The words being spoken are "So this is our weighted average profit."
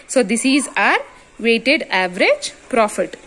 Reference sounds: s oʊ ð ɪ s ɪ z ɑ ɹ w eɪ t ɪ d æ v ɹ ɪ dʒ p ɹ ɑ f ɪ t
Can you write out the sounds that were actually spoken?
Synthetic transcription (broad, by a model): s oʊ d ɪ s ɪ z ɑ ɹ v eɪ t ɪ d æ v ɹ ɪ dʒ p ɹ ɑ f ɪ t